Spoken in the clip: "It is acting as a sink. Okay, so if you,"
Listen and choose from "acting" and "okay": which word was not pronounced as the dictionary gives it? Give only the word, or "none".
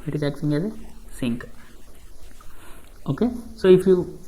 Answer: acting